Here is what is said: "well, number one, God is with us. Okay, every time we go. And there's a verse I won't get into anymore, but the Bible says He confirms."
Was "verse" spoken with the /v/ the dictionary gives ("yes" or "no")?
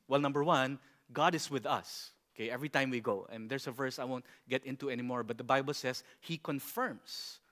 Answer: yes